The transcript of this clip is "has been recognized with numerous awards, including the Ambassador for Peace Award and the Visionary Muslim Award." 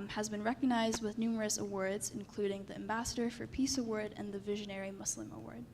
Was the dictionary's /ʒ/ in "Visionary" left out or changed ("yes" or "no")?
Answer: no